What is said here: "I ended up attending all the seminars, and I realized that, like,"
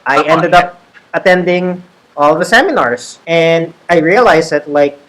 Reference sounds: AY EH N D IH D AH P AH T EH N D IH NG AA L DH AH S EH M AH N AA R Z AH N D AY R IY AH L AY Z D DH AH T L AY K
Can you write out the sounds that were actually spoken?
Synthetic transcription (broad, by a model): AY EH N D IH D AH P AH T EH N D IH NG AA L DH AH S EH M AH N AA R S AH N D AY R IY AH L AY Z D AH T L AY K